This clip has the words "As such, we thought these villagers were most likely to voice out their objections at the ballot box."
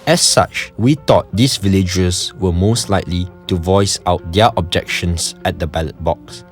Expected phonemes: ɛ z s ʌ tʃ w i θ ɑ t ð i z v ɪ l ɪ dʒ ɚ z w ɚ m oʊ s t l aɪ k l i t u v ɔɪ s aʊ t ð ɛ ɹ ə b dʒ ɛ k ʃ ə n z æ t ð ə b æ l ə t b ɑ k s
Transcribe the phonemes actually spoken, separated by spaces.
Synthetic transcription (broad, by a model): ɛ s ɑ tʃ w i t ɑ t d i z v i l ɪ dʒ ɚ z w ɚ m oʊ s t l aɪ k l i t u v ɔɪ s aʊ t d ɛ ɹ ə b dʒ ɛ k ʃ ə n s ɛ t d ə b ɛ l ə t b ɑ k s